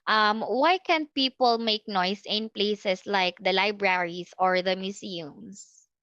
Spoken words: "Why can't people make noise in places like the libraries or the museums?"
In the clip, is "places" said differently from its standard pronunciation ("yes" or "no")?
yes